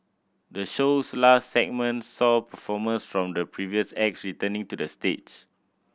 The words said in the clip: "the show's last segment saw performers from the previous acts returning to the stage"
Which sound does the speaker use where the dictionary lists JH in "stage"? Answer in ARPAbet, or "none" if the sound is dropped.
CH